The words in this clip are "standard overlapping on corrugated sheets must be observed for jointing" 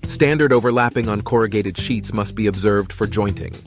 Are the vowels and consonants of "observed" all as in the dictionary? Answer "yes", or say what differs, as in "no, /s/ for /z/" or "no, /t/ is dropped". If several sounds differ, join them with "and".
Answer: yes